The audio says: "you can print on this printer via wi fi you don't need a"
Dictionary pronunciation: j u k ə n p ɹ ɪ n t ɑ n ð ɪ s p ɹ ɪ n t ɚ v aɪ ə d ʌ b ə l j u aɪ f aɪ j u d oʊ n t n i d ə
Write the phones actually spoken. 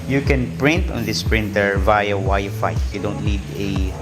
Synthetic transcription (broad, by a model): j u k ə n p ɹ ɪ n t ɑ n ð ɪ s p ɹ ɪ n t ɚ v aɪ ə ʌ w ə j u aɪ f aɪ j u d oʊ n t n i d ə